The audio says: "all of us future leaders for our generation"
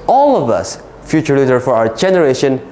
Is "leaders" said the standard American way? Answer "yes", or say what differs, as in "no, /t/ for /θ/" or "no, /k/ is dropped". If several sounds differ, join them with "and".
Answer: no, /z/ is dropped